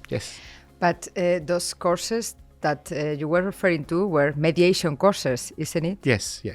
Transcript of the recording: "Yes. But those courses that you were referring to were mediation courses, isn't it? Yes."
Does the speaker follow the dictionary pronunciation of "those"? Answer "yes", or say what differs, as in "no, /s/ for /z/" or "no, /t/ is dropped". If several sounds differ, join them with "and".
no, /s/ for /z/